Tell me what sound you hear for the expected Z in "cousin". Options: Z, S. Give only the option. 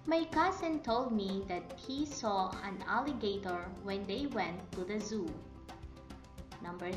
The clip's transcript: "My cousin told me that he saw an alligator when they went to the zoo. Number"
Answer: S